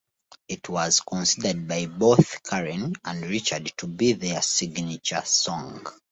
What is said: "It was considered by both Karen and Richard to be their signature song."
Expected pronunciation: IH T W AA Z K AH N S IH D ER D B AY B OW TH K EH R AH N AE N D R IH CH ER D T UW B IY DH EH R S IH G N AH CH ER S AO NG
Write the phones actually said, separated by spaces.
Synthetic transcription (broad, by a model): IH T W AA Z K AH N S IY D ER D B AY B OW TH K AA R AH N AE N D R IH CH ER D T UW B IY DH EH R S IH G N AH CH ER S AO NG